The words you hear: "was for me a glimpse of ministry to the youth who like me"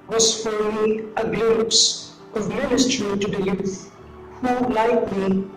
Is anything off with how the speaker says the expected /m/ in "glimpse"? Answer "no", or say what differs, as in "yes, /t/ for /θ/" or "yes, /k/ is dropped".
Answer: yes, /m/ is dropped